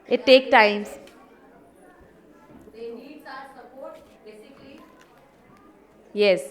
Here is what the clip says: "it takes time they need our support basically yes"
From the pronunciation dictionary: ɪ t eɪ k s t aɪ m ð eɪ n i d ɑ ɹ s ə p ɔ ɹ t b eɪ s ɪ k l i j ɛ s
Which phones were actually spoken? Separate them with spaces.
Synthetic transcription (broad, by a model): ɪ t eɪ k t aɪ m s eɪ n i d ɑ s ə p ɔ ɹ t b eɪ s ɪ k l i j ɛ s